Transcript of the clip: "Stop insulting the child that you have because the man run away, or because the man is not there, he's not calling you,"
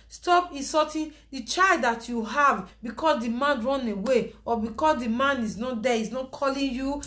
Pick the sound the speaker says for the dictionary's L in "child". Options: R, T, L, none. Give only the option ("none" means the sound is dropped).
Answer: L